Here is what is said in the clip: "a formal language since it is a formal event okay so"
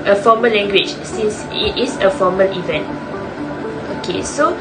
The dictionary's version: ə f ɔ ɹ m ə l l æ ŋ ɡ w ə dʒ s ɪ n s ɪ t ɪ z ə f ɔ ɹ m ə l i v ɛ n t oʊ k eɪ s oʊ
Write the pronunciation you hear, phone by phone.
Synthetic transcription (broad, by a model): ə f ɔ m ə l l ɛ ŋ ɡ w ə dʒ s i n s ɪ t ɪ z ə f ɔ m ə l i v ɛ n t oʊ k eɪ s oʊ